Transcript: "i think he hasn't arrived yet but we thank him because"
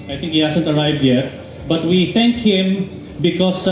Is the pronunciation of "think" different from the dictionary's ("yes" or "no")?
yes